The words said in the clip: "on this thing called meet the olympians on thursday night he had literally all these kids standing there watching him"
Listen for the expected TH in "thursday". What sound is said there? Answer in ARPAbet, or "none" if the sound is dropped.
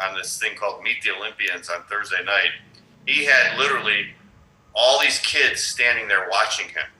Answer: TH